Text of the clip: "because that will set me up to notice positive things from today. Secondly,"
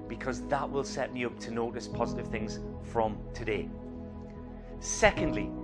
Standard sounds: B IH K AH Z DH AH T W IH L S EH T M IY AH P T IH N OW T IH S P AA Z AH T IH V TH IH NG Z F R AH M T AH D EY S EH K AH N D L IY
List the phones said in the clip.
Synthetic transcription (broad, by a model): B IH K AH Z DH AH T W IH L S EH T M IY AH P T IH N OW T IH S P AA Z AH T IH V TH IH NG Z F R AH M T AH D EY S EH K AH N D L IY